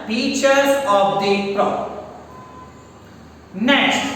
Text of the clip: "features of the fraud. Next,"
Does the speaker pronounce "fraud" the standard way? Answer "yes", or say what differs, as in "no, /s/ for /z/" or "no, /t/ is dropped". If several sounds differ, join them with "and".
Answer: no, /p/ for /f/